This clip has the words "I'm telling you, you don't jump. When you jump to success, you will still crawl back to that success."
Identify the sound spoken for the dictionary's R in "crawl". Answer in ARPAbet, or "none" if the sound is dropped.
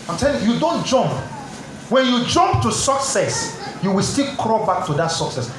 R